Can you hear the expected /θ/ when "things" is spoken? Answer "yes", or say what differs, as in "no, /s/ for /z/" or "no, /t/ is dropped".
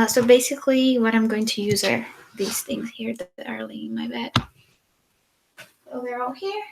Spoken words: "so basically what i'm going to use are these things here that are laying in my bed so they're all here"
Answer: yes